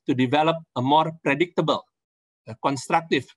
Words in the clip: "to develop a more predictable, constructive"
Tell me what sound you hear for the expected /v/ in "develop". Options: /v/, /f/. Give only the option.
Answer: /v/